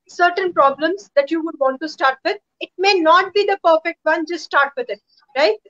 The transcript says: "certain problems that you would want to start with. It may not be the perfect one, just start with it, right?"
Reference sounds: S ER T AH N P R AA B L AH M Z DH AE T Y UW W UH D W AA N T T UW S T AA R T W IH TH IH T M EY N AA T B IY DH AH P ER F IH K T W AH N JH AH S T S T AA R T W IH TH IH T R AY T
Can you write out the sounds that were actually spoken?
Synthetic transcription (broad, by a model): S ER T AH N P R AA B L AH M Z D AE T Y UW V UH D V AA N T T UW S T AA R T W IH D IH T M EY N AA T B IY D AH P ER F IH K T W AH N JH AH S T S T AA R T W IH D IH T R AY T